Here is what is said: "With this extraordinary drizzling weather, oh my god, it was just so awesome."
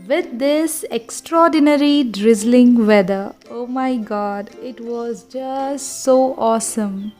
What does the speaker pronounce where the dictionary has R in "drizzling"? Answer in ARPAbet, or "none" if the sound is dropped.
R